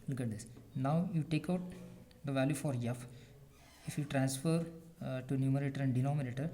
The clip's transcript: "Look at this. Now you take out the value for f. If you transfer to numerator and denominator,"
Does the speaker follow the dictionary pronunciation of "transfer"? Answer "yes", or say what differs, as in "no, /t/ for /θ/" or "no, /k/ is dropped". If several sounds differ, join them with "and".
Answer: yes